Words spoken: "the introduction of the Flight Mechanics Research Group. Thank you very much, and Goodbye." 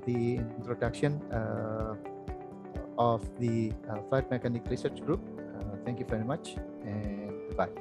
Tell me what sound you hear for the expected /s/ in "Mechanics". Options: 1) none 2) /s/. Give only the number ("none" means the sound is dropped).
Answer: 1